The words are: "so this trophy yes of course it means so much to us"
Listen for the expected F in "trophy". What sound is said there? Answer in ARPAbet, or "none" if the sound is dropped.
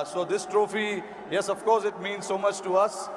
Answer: F